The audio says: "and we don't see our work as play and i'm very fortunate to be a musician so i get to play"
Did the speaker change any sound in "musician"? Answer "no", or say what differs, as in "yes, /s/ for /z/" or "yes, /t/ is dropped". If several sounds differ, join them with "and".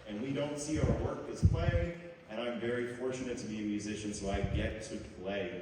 no